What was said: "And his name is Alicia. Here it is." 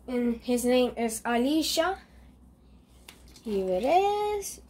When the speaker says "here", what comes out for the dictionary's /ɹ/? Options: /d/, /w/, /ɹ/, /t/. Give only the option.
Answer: /w/